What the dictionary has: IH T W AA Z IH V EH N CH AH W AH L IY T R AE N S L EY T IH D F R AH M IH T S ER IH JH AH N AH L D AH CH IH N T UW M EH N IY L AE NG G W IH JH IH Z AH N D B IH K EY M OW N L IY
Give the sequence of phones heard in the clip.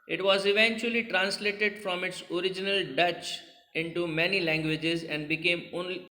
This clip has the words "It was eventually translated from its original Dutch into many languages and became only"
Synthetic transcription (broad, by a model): IH T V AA Z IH V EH N CH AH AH L IY T R AE N S L EY T IH D F R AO M IH T S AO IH JH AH N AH L D AH CH IH N T UW M EH N IY L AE NG G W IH JH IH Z AH N D B IH K EY M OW N L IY